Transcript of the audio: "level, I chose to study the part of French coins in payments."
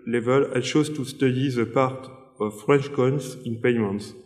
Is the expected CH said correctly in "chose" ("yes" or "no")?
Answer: no